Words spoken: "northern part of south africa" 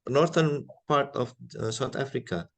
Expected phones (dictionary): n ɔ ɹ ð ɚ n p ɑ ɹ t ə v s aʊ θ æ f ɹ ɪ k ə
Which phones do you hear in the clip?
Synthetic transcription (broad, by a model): n ɔ ɹ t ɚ n p ɑ ɹ t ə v s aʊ t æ f ɹ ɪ k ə